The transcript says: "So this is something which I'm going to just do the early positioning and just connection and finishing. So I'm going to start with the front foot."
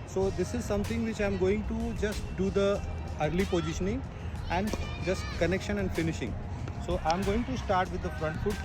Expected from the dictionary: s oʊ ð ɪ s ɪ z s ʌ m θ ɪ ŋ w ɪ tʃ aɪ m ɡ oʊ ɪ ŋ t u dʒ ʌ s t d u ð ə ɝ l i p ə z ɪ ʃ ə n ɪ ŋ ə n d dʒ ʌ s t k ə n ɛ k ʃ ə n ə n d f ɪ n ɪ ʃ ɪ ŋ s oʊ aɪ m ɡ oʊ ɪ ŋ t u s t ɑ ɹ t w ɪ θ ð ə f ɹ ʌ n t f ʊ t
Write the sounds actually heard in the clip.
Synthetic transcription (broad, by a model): s oʊ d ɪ s ɪ z s ʌ m t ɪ ŋ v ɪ tʃ aɪ m ɡ oʊ ɪ ŋ t u dʒ ʌ s t d u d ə ɝ l i p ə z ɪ ʃ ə n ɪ ŋ ə n d dʒ ʌ s t k ə n ɛ k ʃ ə n ə n d f ɪ n ɪ ʃ ɪ ŋ s oʊ aɪ m ɡ oʊ ɪ ŋ t u s t ɑ ɹ t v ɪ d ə f ɹ ʌ n t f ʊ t